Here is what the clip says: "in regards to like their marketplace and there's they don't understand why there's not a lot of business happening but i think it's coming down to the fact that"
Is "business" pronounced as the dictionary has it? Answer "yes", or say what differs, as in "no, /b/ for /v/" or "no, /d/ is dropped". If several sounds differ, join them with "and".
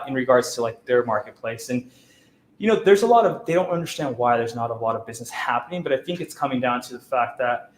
yes